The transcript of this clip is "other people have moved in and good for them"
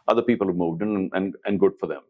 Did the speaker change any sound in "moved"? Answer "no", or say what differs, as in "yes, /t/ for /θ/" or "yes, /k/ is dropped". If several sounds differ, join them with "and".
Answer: no